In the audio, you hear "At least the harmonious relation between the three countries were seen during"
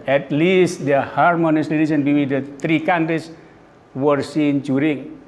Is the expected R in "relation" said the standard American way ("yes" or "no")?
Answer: no